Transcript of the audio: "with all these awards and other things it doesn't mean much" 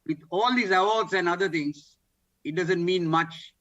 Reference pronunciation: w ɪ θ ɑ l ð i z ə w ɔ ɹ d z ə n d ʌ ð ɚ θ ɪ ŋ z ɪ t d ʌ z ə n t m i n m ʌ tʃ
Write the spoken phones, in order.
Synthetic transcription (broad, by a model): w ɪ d ɑ l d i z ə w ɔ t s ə n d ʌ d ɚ t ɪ ŋ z ɪ t d ʌ z ə n t m i n m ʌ tʃ